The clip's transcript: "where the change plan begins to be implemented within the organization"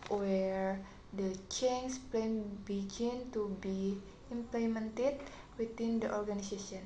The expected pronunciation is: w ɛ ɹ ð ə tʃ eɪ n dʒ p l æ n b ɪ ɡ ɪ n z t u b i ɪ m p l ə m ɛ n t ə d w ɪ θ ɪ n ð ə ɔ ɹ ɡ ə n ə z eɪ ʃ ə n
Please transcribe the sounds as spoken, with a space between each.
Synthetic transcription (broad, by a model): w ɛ ɹ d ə tʃ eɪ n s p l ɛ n b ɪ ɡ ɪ n t u b i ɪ m p l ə m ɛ n t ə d w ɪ t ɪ n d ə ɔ ɹ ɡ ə n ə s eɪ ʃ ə n